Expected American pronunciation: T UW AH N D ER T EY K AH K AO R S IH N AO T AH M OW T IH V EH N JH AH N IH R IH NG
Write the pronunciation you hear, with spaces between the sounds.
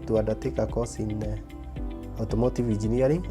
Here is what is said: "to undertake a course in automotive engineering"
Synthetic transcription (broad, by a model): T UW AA D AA T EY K AH K AO S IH N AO T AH M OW T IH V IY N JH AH N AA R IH